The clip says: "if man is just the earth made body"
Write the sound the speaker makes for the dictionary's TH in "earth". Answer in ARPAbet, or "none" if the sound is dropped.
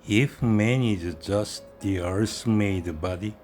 S